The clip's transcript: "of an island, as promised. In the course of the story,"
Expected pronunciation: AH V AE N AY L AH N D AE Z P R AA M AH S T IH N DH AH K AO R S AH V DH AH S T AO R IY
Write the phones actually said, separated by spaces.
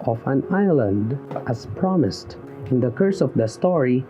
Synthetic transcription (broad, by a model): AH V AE N AY L AH N D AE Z P R AA M AH S T IH N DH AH K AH R S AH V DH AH S T AO R IY